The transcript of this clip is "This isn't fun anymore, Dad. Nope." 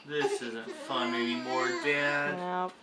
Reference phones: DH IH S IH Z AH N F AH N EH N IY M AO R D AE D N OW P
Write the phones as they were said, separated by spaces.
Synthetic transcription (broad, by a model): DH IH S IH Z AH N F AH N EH IY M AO R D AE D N